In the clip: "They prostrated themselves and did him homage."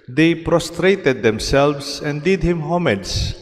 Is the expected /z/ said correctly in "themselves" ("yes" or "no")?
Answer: no